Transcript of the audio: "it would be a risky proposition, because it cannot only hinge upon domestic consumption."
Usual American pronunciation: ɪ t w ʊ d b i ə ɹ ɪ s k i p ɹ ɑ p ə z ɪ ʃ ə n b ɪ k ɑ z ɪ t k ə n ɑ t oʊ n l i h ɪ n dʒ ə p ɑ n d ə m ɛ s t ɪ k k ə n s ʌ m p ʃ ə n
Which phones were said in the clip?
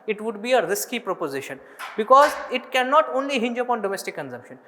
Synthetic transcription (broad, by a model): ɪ t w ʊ d b i ə ɹ ɪ s k i p ɹ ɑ p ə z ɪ ʃ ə n b ɪ k ɑ z ɪ t k ə n ɑ t oʊ n l i h ɪ n dʒ ə p ɑ n d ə m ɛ s t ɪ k k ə n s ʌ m p ʃ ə n